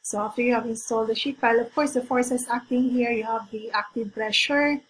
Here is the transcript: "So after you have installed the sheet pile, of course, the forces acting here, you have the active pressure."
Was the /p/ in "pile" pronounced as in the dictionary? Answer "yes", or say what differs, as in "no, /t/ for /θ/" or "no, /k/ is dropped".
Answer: no, /b/ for /p/